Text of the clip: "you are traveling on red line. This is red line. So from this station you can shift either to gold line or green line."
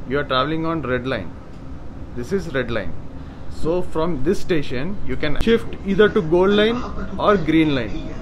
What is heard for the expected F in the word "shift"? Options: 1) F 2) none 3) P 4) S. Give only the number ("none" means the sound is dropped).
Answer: 1